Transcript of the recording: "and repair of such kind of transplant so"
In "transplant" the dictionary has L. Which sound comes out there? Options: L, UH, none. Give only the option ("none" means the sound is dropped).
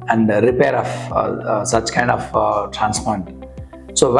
none